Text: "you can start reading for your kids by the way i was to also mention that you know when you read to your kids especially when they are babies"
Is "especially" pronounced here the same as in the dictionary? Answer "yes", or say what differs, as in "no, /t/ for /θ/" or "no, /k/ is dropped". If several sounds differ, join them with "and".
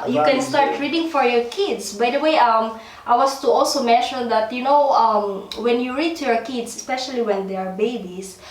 yes